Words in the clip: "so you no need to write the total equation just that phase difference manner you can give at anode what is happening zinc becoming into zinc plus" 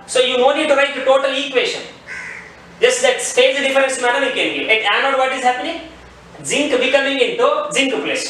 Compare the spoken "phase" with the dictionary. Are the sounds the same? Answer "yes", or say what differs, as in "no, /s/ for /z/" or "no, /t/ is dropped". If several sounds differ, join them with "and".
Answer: no, /p/ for /f/